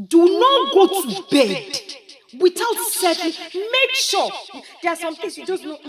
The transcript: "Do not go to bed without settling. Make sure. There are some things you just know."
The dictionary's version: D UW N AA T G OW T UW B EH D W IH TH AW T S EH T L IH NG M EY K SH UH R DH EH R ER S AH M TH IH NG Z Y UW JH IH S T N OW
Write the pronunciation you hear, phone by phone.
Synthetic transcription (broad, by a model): D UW N AA T G OW T UW B EH D W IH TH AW T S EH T IH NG M EY K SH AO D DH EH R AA S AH M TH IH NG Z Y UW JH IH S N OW